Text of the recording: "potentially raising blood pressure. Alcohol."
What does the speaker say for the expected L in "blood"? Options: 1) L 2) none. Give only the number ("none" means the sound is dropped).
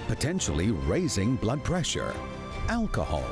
1